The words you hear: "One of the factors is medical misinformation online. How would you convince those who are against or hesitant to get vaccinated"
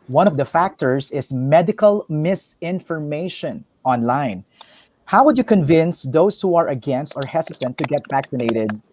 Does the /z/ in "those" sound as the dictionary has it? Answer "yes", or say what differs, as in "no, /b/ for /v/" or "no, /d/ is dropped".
no, /s/ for /z/